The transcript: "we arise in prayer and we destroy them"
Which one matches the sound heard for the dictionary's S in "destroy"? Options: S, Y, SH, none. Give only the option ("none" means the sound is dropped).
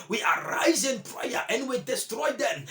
S